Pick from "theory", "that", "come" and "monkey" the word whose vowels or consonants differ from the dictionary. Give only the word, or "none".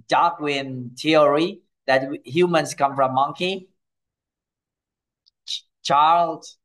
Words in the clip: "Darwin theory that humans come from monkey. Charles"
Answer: theory